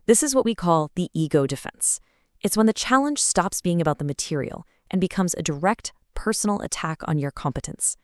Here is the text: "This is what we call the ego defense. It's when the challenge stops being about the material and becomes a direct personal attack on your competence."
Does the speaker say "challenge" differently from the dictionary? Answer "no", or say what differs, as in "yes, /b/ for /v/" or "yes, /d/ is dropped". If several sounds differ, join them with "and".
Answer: yes, /ʒ/ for /dʒ/